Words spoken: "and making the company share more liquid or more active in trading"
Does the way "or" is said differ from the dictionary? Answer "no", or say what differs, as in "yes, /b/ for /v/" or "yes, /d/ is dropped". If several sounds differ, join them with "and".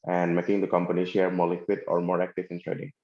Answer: no